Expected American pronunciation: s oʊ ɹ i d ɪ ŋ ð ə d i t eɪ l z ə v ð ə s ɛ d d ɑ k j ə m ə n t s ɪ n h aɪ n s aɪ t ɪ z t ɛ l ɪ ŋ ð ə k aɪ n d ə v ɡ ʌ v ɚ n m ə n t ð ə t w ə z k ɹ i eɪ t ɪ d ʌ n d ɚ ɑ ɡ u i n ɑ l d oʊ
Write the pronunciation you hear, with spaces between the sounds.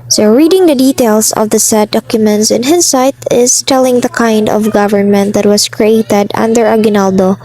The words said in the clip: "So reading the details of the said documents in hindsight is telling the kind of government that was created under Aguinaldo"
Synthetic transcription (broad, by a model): s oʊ ɹ i d ɪ ŋ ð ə d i t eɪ l s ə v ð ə s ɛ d d ɑ k j ə m ə n t s ɪ n h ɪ s aɪ t ɪ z t ɛ l ɪ ŋ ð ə k aɪ n d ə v ɡ ʌ v ɚ n m ə n t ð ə t w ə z k ɹ i eɪ t ɪ d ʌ n d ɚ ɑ ɡ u n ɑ l d oʊ